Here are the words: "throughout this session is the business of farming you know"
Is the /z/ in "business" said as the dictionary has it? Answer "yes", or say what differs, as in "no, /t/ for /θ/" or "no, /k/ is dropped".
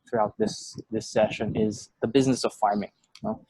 yes